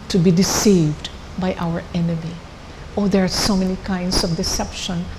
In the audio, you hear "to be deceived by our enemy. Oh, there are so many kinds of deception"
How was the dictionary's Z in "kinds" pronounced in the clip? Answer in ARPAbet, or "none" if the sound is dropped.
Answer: S